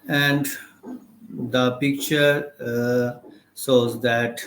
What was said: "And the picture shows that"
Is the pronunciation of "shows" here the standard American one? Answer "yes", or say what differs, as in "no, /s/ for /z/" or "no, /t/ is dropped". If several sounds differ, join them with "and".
no, /s/ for /ʃ/